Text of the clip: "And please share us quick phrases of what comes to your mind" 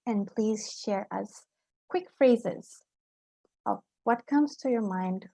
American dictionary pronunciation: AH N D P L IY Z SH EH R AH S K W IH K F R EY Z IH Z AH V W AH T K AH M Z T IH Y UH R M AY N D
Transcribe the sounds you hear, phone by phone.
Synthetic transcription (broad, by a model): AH N P L IY Z SH EH R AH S K W IH K F R EY Z IH Z AH V W AH T K AH M Z T IH Y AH R M AY N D